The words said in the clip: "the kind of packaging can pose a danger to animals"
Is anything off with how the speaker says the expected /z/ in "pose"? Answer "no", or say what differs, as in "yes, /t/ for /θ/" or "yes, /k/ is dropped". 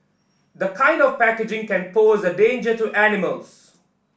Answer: no